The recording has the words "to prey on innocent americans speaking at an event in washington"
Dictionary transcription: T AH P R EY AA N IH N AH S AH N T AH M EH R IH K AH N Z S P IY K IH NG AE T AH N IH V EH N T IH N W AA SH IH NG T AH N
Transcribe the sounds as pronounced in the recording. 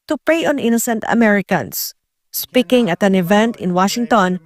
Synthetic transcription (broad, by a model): T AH P R EY AA N IH N AH S AH N T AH M EH R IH K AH N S S P IY K IH NG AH T AH N IH V EH N T IH N W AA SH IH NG T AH N